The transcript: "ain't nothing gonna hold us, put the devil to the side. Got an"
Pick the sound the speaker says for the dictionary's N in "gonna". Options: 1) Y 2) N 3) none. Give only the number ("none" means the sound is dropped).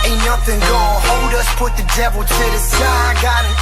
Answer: 3